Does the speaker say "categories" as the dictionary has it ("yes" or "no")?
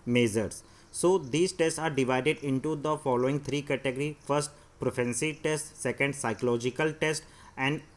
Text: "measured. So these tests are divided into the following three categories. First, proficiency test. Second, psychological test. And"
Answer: no